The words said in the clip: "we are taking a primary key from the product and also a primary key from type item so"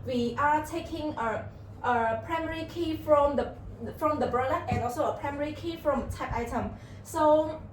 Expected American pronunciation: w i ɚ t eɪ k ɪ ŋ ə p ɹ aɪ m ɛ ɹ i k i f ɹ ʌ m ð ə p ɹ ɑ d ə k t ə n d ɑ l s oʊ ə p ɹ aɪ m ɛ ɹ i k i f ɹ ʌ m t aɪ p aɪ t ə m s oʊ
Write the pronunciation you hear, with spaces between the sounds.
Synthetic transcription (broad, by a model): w i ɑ t eɪ k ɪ ŋ ə p ɹ aɪ m ɛ ɹ i k i f ɹ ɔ m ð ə f ɹ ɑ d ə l t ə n ɑ l s oʊ ə p ɹ aɪ m ɛ ɹ i k i f ɹ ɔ m t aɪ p aɪ t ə m s oʊ